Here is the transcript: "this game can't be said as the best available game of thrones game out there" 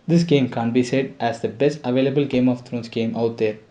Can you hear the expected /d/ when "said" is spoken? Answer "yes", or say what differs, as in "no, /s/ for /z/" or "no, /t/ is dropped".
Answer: yes